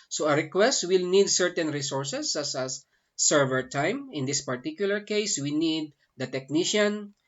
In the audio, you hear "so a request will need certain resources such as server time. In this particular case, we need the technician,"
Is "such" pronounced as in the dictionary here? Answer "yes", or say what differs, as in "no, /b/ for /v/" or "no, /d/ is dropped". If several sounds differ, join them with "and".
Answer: no, /s/ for /tʃ/